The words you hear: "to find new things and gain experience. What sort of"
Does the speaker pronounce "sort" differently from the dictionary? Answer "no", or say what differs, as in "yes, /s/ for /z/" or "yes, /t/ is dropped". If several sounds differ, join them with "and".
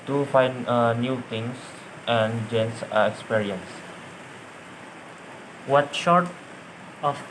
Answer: yes, /ʃ/ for /s/